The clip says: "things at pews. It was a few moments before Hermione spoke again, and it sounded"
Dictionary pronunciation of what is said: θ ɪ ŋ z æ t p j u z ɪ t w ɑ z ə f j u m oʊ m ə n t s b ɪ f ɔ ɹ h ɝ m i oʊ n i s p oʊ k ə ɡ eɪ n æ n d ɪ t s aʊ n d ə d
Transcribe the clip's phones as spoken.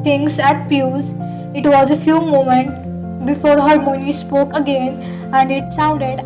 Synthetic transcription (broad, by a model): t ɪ ŋ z æ t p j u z ɪ t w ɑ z ə f j u m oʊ m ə n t b ɪ f ɔ ɹ h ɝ m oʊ n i s p oʊ k ə ɡ eɪ n æ n d ɪ t s aʊ n d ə d